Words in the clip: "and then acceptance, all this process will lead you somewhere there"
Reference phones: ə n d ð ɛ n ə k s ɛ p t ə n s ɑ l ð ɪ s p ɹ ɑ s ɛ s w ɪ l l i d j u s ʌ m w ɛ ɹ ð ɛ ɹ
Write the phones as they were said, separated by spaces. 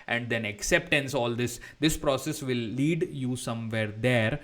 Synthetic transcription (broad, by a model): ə n d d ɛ n ə k s ɛ p t ə n s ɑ l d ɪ s p ɹ ɑ s ɛ s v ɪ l l i d j u s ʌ m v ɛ ɹ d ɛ ɹ